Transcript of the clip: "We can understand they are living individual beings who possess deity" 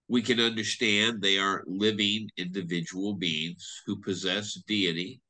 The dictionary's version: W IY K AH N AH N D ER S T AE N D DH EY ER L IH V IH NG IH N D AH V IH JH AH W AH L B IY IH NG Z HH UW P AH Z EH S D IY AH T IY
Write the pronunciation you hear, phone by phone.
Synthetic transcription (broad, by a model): W IY K AH N AH N D ER S T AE N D DH EY ER L IH V IH NG IH N D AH V IH JH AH W L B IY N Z HH UW P AH Z EH S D IY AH T IY